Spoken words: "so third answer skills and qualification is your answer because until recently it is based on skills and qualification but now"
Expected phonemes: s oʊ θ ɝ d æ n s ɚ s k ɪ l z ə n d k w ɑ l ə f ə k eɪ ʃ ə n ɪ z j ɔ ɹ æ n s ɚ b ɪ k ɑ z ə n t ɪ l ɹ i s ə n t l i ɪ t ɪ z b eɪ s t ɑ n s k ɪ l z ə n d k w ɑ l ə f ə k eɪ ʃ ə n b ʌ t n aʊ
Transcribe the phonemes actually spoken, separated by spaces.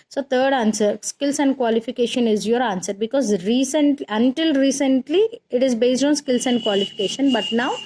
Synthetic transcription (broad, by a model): s oʊ t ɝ d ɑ n s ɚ s k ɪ l s ə n d k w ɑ l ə f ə k eɪ ʃ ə n ɪ z j ɔ ɹ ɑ n s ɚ b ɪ k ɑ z ə n t ɪ l ɹ i s ə n t l i ɪ t ɪ z b eɪ s t ɑ n s k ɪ l s ə n d k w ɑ l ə f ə k eɪ ʃ ə n b ʌ t n aʊ